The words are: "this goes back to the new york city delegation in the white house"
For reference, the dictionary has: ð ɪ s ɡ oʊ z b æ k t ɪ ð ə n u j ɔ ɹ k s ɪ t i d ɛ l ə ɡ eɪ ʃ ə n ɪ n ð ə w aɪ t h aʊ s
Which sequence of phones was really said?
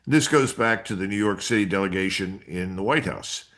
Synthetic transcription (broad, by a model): ð ɪ s ɡ oʊ z b æ k t ɪ ð ə n u j ɔ ɹ k s ɪ t i d ɛ l ə ɡ eɪ ʃ ə n ɪ n ð ə w aɪ t h aʊ s